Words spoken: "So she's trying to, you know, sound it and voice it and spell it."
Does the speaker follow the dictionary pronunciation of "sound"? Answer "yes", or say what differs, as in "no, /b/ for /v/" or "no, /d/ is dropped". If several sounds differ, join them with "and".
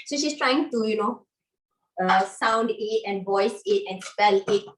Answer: yes